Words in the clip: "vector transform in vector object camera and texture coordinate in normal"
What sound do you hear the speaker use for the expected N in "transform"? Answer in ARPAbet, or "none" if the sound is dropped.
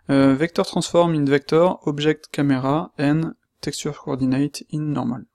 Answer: none